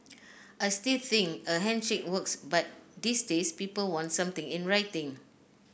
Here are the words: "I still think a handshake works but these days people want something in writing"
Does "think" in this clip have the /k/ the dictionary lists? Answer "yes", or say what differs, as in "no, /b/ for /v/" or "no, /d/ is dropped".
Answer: no, /k/ is dropped